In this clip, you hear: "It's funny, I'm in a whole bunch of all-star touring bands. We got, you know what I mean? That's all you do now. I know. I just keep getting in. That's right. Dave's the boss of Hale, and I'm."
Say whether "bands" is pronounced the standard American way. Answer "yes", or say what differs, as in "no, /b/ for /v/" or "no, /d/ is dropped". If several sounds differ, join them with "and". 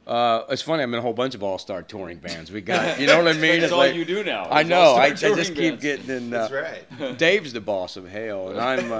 yes